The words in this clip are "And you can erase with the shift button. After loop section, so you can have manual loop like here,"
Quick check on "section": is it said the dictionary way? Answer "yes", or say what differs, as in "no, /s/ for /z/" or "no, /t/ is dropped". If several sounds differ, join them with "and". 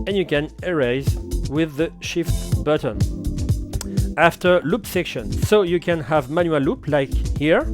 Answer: yes